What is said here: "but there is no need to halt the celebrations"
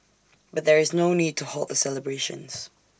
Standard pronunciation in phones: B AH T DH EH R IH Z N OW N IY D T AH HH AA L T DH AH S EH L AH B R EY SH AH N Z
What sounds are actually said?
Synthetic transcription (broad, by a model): B AH T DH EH R IH Z N OW N IY D T AH HH AA L T DH AH S EH L AH B R EY SH AH N Z